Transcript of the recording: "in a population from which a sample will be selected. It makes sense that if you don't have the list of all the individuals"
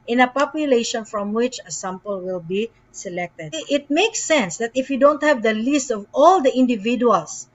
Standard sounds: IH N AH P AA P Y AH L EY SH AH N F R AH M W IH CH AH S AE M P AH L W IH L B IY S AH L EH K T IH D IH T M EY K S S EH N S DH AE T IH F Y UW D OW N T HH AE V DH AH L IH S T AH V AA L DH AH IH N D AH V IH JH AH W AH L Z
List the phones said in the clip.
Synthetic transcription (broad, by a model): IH N AH P AA P Y AH L EY SH AH N F R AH M W IH CH AH S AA M P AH L W IH L B IY S AH L EH K T IH D IH T M EY K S S EH N S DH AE T IH F Y UW D OW N T HH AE V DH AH L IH S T AH V AA L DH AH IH N D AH V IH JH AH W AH L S